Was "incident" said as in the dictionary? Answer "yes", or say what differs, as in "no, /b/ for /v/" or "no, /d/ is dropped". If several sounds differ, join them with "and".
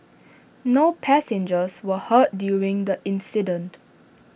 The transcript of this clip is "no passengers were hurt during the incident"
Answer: yes